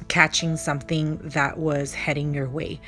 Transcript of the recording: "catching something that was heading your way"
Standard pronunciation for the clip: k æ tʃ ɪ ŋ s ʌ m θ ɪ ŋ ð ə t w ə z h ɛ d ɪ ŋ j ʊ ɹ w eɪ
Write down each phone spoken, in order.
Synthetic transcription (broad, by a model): k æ tʃ ɪ ŋ s ʌ m θ ɪ ŋ ð ə t w ə z h ɛ d ɪ ŋ j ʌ ɹ w eɪ